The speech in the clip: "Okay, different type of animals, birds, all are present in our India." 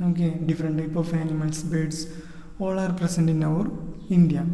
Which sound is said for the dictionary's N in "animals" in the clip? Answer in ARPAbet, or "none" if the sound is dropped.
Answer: L